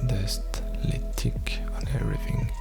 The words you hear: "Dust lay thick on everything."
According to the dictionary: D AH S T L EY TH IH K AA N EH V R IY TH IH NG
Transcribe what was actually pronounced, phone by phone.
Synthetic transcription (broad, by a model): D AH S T L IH T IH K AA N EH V R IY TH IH NG